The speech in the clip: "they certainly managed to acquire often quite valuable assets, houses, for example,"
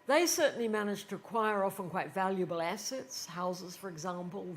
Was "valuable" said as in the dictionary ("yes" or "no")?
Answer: yes